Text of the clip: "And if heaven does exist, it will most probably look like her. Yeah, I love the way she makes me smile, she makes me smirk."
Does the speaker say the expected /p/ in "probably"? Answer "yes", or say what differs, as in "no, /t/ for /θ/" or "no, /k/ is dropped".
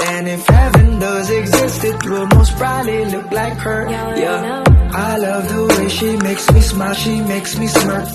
no, /b/ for /p/